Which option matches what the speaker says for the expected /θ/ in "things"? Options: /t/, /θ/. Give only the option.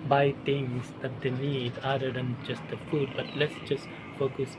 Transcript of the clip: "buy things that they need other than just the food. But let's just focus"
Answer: /t/